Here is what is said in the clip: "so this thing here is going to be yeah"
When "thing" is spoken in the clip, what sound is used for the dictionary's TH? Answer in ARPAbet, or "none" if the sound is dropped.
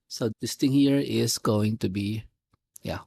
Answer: T